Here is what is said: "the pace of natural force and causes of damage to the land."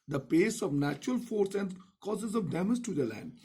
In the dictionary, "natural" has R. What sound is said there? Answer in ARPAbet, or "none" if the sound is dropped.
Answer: R